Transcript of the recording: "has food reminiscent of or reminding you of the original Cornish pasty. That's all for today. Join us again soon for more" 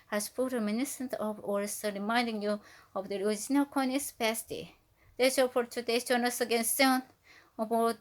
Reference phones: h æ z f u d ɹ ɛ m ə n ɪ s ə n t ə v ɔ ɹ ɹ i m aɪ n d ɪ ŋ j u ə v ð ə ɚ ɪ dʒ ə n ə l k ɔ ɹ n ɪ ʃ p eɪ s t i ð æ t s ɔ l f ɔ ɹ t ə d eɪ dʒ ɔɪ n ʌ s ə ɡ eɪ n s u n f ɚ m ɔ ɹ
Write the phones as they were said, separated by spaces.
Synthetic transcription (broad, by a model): h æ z p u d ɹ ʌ m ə n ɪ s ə n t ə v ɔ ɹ ɹ i m aɪ n d ɪ ŋ j u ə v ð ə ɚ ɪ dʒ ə n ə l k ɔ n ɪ s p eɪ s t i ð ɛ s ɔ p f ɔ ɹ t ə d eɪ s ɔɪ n ʌ s ə ɡ eɪ n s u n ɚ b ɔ